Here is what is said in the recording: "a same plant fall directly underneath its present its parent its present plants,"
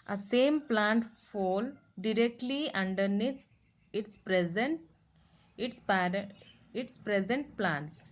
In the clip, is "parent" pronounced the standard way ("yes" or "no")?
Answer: no